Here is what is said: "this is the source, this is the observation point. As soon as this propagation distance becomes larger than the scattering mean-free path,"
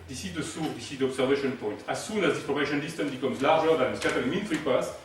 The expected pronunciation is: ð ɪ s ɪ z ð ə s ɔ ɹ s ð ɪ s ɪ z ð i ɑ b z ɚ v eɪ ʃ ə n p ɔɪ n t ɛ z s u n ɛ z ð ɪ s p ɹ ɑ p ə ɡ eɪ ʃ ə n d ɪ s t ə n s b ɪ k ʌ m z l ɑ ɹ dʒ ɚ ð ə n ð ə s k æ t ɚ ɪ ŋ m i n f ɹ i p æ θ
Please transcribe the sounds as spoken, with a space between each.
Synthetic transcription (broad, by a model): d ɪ s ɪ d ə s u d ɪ s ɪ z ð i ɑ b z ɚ v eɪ ʃ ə n p ɔɪ n t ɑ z s u n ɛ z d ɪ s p l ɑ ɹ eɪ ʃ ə n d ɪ s t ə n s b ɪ k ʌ m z l ɑ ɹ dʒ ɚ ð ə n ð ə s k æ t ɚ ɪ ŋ m i n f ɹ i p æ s